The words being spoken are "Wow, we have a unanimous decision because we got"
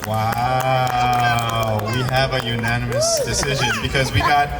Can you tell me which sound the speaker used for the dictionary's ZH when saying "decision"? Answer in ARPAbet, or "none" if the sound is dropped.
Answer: ZH